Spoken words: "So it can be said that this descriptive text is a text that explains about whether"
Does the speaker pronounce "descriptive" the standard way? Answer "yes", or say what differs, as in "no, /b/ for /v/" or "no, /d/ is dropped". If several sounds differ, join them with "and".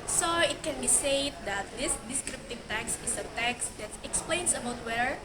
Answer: yes